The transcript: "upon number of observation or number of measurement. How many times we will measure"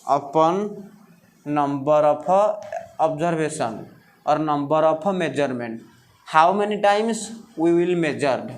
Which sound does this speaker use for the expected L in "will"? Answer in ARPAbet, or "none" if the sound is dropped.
L